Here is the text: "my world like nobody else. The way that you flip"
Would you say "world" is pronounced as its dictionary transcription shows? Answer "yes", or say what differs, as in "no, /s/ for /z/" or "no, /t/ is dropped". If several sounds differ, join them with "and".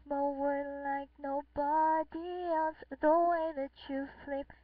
no, /l/ is dropped